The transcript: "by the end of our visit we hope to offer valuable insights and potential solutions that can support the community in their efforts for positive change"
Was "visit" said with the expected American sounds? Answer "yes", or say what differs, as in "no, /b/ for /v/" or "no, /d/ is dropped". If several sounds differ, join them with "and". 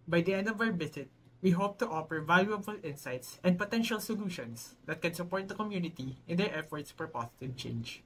no, /b/ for /v/